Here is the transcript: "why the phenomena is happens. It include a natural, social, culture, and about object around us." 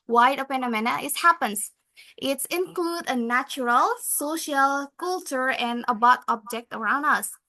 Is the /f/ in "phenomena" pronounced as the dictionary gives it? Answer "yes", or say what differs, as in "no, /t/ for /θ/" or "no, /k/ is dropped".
no, /p/ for /f/